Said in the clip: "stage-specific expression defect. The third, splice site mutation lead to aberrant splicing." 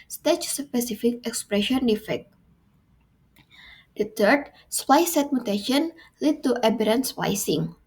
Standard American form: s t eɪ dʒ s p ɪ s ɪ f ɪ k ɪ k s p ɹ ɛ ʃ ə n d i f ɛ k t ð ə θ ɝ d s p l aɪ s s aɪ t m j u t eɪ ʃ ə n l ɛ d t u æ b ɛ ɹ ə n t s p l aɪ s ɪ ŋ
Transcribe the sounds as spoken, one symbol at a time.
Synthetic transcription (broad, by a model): s t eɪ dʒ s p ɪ s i f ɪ k ɪ k s p ɹ ɛ ʃ ə n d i f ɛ k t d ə t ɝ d s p aɪ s s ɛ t m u t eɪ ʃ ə n l ɛ d t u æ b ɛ ɹ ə n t s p aɪ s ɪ ŋ